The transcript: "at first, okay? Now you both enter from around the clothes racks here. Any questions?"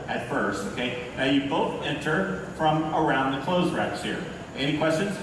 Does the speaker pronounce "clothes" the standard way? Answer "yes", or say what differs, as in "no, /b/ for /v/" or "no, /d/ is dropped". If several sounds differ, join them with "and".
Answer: yes